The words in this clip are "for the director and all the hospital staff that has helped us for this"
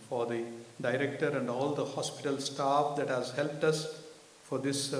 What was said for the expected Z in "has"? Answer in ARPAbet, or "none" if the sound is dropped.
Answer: Z